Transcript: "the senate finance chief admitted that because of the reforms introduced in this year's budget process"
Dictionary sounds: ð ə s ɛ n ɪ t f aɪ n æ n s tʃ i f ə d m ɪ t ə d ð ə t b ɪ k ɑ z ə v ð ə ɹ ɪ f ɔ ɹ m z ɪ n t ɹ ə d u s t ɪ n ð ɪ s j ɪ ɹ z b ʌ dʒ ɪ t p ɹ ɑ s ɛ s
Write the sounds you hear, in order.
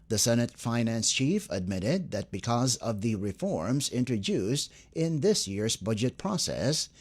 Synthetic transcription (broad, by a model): ð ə s ɛ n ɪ t f aɪ n æ n s tʃ i f ə d m ɪ t ə d ð ə t b ɪ k ɑ z ə v ð ə ɹ ɪ f ɔ ɹ m z ɪ n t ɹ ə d u s t ɪ n ð ɪ s j ɪ ɹ z b ʌ dʒ ɪ t p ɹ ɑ s ɛ s